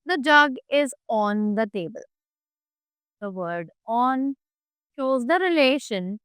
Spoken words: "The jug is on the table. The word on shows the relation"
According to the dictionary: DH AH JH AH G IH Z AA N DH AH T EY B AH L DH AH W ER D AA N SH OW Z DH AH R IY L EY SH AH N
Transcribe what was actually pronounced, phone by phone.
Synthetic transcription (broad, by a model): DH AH JH AH G IH Z AA N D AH T EY B AH L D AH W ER D AA N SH OW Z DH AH R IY L EY SH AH N